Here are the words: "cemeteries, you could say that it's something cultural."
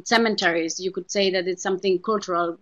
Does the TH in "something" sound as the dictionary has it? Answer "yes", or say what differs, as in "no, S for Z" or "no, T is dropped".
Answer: yes